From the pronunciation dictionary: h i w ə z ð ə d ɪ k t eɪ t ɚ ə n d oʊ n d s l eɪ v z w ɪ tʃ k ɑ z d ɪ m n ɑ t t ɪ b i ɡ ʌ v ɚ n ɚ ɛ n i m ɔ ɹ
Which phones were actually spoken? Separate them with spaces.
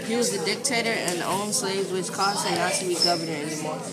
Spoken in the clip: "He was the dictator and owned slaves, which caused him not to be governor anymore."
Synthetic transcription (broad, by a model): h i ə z ð ə d ɪ k t eɪ t ɚ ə n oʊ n s l eɪ v z w ɪ tʃ k ɑ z ɪ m n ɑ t t ɪ b i ɡ ʌ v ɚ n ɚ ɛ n i m ɔ ɹ